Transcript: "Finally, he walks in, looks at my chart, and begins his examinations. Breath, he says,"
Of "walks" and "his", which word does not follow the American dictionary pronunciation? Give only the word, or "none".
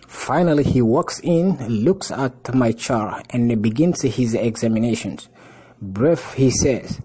none